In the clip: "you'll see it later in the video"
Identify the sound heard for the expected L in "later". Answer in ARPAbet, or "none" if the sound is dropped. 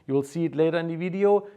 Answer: L